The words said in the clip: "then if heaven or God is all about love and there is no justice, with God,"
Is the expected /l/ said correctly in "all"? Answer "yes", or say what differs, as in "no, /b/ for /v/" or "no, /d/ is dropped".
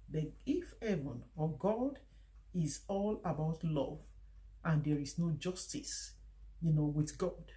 yes